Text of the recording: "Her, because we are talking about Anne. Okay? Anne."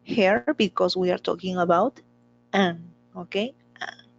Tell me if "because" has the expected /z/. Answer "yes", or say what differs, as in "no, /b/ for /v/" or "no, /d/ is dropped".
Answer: no, /s/ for /z/